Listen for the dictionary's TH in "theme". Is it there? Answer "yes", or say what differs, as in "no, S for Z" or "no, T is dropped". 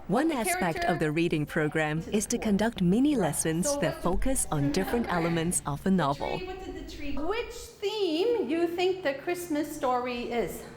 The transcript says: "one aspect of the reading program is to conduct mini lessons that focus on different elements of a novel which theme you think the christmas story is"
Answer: yes